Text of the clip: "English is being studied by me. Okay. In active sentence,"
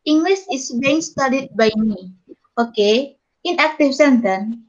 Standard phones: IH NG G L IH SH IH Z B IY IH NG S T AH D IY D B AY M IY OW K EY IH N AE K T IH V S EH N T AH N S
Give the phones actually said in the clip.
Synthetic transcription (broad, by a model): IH NG G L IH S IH S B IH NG S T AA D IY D B AY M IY OW K EY IH N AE K T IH F S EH N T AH N